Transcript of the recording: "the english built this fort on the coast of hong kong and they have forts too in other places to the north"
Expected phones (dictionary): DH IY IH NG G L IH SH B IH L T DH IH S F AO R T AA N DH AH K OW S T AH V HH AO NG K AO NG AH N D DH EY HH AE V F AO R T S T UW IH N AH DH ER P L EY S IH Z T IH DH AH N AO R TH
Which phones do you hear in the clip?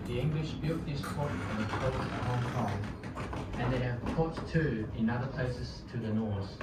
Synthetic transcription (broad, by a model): DH IY IH NG G L IH SH B IH L T DH IH S P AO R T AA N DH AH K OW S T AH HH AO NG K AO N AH N DH EY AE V P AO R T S T UW IH N AH DH ER P L EY S IH Z T IH DH AH N AO R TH